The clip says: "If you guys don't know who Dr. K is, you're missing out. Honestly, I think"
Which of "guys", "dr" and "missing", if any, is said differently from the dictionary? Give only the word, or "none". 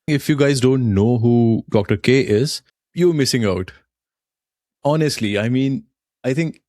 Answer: none